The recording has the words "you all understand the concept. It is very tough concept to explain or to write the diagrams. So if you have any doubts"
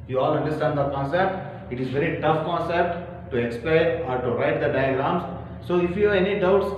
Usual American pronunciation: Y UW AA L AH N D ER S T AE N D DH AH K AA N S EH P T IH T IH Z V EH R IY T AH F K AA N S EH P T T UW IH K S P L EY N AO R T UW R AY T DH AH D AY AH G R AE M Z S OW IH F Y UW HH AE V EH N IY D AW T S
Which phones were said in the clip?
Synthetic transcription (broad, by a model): Y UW AA L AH N D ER S T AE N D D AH K AA N S EH P T IH T IH Z V EH R IY T AH F K AA N S EH P T T UW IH K S P L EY AO R T UW R AY T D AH D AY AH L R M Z S OW IH F Y UW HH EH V EH N IY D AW T S